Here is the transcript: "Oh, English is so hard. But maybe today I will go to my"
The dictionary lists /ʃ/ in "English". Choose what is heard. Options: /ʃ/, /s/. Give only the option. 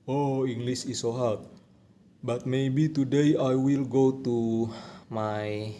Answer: /s/